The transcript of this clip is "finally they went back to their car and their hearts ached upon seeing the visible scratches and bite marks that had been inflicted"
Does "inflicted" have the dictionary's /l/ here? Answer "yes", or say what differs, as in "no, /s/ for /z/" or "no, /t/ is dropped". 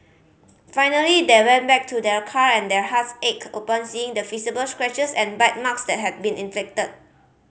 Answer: no, /l/ is dropped